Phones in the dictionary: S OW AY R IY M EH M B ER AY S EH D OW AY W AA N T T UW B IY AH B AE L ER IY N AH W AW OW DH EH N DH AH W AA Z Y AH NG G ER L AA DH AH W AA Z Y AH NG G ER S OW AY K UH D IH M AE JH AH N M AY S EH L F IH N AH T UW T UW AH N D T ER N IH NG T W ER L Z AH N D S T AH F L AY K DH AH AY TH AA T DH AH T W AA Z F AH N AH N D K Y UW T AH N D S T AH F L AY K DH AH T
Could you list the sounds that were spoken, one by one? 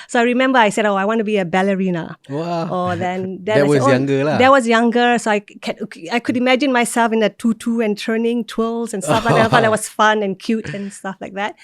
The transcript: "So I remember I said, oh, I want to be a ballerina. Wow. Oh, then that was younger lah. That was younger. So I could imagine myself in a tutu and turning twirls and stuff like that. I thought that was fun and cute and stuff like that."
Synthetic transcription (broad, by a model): S OW AY R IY M EH M B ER AY S EH D OW AY W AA N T T UW B IY AH B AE L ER IY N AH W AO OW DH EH N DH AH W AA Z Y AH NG G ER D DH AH W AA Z Y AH NG G ER S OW AY K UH D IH M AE JH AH N M AY S EH L F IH N AH T UW T UW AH N T ER N IH NG T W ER L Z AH N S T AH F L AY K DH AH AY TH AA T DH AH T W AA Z F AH N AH N K Y UW T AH N S T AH F L AY K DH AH T